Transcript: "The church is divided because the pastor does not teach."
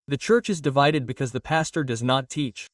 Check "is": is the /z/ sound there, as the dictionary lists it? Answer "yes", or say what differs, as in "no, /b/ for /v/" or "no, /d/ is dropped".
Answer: yes